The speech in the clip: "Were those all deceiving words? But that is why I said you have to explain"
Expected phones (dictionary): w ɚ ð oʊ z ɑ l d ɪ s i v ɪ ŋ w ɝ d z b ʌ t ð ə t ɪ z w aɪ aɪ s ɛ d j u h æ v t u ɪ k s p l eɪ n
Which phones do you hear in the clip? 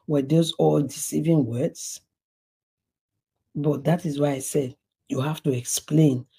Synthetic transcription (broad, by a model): w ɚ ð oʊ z ɑ l d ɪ s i v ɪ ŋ w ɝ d s b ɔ t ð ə t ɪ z w aɪ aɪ s ɛ d j u h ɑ f t u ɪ k s p l eɪ n